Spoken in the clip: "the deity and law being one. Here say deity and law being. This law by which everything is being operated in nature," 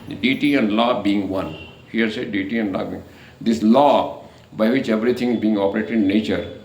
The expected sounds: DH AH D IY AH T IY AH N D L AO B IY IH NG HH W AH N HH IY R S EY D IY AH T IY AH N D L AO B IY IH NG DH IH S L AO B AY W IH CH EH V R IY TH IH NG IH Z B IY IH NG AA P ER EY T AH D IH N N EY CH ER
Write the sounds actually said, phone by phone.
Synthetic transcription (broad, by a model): D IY T IY AH N D L AO B IY IH NG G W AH N HH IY R S EY D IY T IY AH N D L AO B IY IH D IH S L AO B AY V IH CH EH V R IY T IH NG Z B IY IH NG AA P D EY T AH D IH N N EY CH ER